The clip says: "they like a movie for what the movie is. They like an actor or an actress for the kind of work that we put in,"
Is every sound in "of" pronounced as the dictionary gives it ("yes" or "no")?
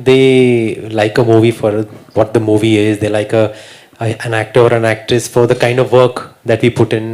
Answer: yes